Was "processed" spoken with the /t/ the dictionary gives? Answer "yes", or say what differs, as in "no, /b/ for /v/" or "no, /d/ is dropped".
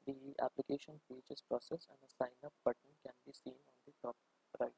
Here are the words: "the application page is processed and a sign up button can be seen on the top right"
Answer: no, /t/ is dropped